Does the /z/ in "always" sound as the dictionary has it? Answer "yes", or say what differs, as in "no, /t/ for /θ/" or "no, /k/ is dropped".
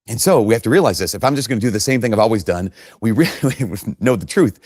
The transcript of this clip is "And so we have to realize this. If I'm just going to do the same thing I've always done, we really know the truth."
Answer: yes